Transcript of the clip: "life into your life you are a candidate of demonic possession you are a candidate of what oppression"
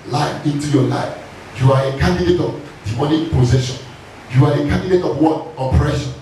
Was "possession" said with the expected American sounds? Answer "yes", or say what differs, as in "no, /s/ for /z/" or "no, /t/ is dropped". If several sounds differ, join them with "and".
yes